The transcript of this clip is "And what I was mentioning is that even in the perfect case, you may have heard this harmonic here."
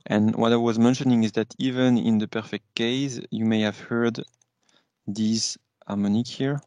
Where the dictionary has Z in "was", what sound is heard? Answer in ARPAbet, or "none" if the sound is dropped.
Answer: Z